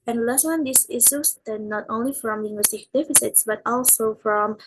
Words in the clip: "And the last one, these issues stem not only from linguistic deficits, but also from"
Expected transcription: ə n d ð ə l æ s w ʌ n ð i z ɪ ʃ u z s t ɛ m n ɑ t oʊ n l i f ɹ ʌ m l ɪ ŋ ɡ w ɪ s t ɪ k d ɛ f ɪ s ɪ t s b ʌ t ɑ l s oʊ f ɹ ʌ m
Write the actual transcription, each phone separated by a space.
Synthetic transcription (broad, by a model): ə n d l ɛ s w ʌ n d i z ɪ s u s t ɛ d n ɑ t oʊ n l i f ɹ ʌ m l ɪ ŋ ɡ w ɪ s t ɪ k d ɛ f ɪ s ɪ t s b ʌ t ɑ l s oʊ f ɹ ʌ m